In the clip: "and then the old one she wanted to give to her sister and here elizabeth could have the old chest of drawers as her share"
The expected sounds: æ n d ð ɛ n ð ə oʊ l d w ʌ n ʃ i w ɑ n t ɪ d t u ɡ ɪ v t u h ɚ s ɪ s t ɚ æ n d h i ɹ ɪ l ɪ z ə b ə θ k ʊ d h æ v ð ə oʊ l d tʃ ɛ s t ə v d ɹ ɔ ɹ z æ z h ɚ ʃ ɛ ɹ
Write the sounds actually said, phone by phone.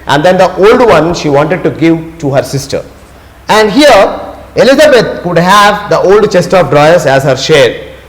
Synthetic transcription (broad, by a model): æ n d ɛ n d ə oʊ l d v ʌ n ʃ i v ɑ n t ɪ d t u ɡ ɪ v t u h ɚ s ɪ s t ɚ æ n d h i ɹ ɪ l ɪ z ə b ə t k ʊ d h æ v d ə oʊ l d tʃ ɛ s t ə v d ɹ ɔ ɹ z æ z h ɚ ʃ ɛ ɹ